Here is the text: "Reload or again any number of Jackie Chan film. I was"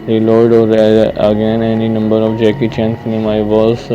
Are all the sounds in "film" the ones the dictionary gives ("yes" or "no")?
no